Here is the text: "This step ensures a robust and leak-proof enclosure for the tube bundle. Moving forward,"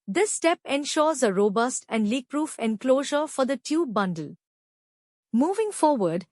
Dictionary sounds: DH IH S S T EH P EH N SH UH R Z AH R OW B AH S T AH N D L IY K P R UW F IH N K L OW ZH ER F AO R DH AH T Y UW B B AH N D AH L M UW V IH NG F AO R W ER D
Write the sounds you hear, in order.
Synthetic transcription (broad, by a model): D IH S S T EH P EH N SH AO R Z AH R OW B AH S T AH N D L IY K P R UW F IH N K L OW ZH ER F AO R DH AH T Y UW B B AH N D AH L M UW V IH NG F AO R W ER D